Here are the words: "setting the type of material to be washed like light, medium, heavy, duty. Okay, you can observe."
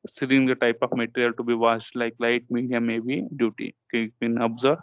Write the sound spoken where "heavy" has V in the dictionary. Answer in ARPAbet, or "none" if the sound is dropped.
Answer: B